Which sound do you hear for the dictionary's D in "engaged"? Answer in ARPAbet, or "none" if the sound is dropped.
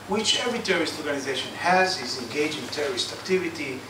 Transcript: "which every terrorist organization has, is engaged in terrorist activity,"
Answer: none